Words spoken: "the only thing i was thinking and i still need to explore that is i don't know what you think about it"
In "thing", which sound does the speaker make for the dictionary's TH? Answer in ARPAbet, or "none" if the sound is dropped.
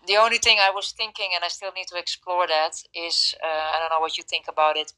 TH